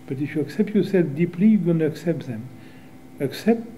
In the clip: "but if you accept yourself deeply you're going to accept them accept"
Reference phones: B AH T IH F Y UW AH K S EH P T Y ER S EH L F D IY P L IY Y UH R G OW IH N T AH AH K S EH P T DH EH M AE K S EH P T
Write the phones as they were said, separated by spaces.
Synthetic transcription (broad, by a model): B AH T IH F Y UW AH K S EH P T Y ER S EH L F D IY P L IY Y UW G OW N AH AH K S EH P T DH EH M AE K S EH P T